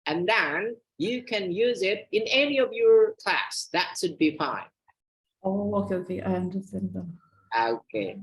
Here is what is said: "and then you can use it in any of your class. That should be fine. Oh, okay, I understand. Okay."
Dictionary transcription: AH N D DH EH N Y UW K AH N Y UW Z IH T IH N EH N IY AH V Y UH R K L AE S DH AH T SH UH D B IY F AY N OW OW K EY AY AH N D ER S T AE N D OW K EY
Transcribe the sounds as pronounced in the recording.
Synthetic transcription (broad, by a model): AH N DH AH N Y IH K AH N Y UW Z IH T IH N EH N IY AH V Y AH R K L AE S DH AH T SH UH D B IY F AY N OW OW K EY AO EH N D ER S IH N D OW K EY